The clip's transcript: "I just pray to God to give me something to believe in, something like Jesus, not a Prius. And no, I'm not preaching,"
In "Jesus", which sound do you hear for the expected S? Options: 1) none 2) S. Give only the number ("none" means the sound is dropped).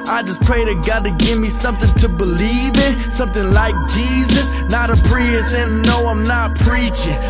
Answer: 2